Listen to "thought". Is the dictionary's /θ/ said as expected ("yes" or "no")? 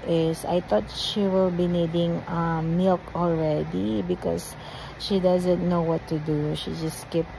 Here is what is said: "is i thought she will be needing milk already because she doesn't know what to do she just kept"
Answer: no